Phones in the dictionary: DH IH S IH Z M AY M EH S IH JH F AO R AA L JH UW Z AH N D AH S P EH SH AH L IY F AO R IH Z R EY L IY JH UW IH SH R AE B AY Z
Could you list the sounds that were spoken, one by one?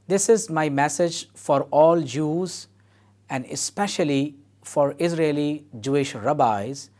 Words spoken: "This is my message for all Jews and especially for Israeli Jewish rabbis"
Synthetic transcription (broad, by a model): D IH S IH Z M AY M EH S IH JH F AO R AA L JH UW Z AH N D AH S P EH SH AH L IY F AO R IH Z R EY L IY JH UW IH SH R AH B AY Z